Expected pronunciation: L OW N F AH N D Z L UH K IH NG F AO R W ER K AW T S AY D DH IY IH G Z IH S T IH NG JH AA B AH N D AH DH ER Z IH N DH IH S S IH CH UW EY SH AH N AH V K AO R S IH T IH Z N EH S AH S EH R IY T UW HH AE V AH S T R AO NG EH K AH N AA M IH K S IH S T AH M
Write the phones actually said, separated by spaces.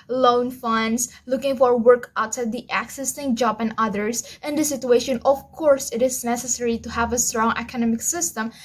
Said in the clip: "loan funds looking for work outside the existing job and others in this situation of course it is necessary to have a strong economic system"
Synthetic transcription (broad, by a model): L OW N F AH N D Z L UH K IH NG F AO R W ER K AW T S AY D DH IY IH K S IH S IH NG JH AA B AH N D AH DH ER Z IH N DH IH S S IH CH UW EY SH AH N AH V K AO R S IH T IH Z N EH S AH S EH R IY T UW HH AE V AH S T R AO NG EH K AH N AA M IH K S IH S T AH M